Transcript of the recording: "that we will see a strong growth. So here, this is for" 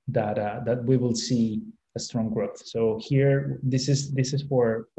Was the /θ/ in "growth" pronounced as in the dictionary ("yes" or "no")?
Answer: yes